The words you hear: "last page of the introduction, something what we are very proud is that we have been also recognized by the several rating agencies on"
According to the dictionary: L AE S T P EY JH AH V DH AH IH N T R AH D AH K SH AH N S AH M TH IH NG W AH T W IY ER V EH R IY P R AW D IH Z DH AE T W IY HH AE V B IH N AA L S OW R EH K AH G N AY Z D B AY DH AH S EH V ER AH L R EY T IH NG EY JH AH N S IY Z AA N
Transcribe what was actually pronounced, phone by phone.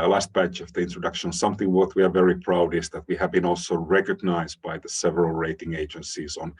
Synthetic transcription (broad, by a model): L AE S T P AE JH AH V DH AH IH N T R AH D AH K SH AH N S AH M TH IH NG W AH T W IY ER V EH R IY P R AW D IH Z DH AE T W IY HH AE V B IH N AA L S OW R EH K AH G N AY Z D B AY DH AH S EH V ER AH L R EY T IH NG EY JH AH N S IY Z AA N